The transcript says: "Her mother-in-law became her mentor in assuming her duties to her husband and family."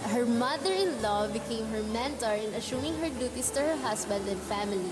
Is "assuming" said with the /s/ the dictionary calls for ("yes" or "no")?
no